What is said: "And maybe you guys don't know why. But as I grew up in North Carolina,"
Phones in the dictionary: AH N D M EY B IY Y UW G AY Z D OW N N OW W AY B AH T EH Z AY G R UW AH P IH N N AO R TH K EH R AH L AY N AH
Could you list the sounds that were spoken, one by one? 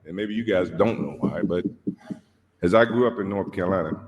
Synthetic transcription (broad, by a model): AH N M EY B IY Y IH G AY Z D OW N N OW W AY B AH T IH Z AY G R UW AH P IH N N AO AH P K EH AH L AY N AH